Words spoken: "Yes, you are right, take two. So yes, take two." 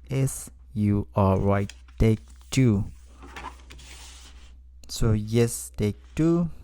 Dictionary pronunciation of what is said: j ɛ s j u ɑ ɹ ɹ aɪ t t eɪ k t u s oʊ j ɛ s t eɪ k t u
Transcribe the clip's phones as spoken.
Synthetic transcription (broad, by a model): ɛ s j u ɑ l ɹ aɪ t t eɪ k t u s oʊ j ɛ s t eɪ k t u